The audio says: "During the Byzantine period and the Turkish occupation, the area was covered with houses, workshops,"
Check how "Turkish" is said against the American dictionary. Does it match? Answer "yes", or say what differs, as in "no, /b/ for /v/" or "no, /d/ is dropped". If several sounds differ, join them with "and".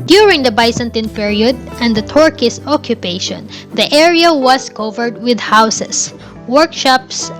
no, /s/ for /ʃ/